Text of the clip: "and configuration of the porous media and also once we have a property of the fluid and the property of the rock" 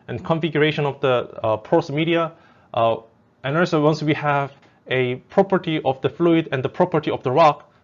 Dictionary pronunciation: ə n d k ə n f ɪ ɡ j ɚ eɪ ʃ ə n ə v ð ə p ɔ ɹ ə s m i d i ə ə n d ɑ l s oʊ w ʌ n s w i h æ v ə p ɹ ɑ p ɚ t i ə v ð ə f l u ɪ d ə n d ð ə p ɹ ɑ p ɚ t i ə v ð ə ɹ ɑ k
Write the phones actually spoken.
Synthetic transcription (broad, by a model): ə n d k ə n f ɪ ɡ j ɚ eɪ ʃ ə n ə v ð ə p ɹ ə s m i d i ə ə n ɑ s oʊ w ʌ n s w i h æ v ə p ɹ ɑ p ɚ t i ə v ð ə f l u ɪ d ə n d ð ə p ɹ ɑ p ɚ t i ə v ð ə ɹ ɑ k